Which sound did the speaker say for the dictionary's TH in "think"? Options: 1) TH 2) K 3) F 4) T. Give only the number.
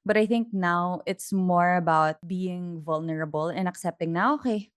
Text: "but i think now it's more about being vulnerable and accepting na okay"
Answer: 1